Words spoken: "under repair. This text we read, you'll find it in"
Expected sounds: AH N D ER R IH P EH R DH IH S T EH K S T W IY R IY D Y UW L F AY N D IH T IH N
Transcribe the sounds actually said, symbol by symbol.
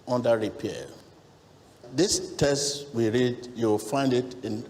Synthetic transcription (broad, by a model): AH N D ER R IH P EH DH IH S T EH S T W IY R IY D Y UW W F AY N D IH T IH N